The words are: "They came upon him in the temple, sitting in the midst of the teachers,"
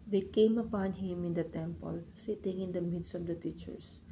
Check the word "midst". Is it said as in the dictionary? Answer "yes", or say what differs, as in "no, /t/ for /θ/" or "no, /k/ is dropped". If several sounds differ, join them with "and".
yes